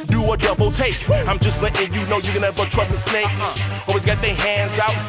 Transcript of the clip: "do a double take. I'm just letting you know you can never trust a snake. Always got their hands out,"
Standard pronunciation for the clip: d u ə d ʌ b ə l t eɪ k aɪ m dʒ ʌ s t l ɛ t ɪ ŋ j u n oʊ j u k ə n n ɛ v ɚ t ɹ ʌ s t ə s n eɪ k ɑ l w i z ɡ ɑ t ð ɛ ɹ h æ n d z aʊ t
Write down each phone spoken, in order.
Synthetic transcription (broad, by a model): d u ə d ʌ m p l t eɪ k aɪ m dʒ ʌ s t l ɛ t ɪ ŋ j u n oʊ j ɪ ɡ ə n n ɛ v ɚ t ɹ ʌ s t ə s n eɪ k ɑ w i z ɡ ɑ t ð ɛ h æ n d z aʊ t